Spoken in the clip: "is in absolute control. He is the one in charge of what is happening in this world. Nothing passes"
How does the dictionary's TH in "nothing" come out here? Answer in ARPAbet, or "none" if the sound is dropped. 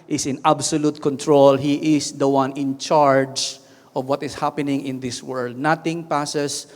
T